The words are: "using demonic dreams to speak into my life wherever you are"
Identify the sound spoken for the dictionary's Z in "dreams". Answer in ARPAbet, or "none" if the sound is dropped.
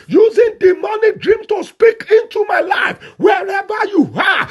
none